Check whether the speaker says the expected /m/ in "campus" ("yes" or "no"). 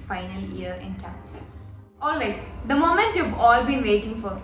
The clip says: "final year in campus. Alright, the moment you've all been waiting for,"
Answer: no